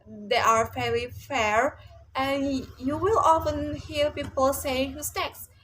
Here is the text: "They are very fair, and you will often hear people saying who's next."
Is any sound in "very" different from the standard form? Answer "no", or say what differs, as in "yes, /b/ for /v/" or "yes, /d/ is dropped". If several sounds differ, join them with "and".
yes, /f/ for /v/